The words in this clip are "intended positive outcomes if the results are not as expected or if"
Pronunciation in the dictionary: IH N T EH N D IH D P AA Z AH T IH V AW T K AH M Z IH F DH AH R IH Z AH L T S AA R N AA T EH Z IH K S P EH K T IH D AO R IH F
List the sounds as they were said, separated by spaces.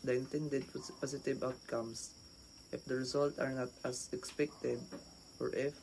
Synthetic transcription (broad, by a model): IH N T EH N D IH D P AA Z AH T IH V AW T K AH M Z IH F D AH R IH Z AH L T AA R N AA T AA S IH K S P EH K T IH D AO R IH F